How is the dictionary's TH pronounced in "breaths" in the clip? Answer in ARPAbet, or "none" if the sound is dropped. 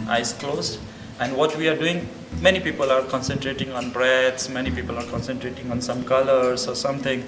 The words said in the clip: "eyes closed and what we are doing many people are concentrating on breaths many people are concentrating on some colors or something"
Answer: T